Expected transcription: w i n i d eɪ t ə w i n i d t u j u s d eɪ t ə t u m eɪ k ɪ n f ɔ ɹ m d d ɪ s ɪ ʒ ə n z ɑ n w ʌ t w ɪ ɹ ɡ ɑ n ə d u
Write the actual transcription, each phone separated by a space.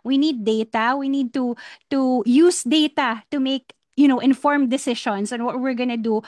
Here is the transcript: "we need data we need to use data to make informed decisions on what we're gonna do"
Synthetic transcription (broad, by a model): w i n i d eɪ t ə w i n i d t u j u s d eɪ t ə t u m eɪ k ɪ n f ɔ ɹ m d d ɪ s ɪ ʃ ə n s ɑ n w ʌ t w ɪ ɹ ɡ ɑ n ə d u